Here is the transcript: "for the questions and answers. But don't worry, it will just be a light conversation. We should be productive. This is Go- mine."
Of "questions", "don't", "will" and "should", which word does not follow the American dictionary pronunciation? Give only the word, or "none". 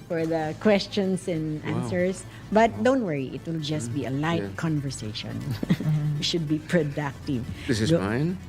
questions